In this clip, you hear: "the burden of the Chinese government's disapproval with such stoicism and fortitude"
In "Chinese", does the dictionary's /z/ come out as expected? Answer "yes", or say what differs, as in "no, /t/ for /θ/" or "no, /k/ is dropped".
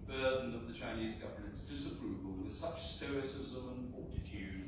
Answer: yes